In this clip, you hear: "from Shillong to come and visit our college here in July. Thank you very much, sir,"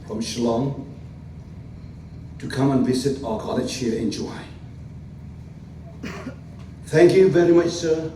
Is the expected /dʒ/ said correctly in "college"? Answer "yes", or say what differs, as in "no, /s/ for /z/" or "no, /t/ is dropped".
no, /tʃ/ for /dʒ/